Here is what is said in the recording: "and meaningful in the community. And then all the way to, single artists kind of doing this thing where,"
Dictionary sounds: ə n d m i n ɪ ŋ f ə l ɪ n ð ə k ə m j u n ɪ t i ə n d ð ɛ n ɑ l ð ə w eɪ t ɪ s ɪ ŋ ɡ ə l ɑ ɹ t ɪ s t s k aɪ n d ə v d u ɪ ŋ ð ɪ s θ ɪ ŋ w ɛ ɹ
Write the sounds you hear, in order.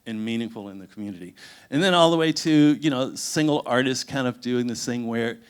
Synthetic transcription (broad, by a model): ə n m i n ɪ ŋ f l ɪ n ð ə k m j u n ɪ t i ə n ð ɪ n ɑ l ð ə w eɪ t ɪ s ɪ ŋ ɡ l ɑ ɹ t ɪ s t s k aɪ n d ə v d u ɪ ŋ ð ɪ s θ ɪ ŋ w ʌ ɹ